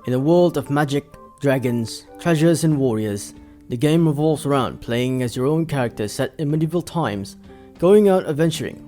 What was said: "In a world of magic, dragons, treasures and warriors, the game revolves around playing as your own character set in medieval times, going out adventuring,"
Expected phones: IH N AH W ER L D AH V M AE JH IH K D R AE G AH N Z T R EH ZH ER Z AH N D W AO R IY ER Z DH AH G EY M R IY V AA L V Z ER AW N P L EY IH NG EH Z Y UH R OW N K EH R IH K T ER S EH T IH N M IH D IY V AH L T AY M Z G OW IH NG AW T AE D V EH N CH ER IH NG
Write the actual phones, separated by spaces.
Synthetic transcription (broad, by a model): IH N AH W ER L D AH V M AE JH IH K D R AE G AH N Z T R EH ZH ER Z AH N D W AO R IY ER Z DH AH G EY M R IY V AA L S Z ER AW N P L EY IH NG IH Z Y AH R OW N K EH R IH K T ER S EH T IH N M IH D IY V L T AY M Z G OW IH NG AW T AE V EH N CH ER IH NG